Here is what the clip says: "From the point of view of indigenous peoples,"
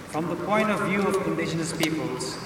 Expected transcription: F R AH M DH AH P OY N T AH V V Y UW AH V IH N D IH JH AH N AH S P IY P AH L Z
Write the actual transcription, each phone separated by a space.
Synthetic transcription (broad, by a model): F R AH M DH AH P OY N T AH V V Y UW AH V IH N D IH SH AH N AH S P IY P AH L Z